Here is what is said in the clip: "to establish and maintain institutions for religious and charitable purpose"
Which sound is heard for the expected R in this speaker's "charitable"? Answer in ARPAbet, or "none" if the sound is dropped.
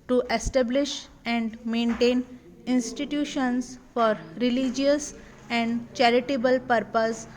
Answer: R